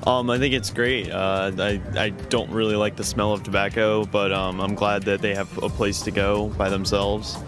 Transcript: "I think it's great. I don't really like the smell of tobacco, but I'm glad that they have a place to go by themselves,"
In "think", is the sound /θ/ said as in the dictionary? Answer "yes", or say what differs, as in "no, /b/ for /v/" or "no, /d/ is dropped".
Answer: yes